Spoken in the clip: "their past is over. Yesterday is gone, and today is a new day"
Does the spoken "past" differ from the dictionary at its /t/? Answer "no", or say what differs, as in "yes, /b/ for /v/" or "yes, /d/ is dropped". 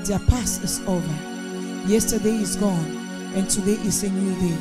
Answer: yes, /t/ is dropped